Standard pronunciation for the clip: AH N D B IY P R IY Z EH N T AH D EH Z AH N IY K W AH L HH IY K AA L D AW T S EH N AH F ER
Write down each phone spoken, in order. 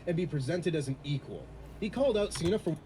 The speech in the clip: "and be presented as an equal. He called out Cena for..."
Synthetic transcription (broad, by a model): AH N B IY P R IY Z EH N T AH D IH Z N IY K W AH L HH IY K AA L D AW T S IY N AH F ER